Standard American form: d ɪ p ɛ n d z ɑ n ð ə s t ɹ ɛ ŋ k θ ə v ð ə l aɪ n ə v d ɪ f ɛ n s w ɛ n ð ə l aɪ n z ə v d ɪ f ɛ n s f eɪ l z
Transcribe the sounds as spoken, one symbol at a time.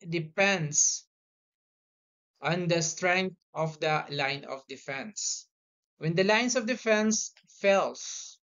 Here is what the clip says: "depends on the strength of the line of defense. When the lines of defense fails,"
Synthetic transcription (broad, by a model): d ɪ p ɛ n d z ɑ n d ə s t ɹ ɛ ŋ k t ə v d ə l aɪ n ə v d ɪ f ɛ n s w ɛ n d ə l aɪ n s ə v d ɪ f ɛ n s f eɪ l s